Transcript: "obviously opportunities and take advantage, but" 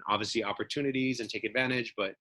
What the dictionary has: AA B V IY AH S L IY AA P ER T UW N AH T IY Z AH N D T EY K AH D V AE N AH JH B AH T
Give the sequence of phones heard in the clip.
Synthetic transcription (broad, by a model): AA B V IY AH S L IY AA P ER T UW N AH T IY Z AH N T EY K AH D V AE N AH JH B AH T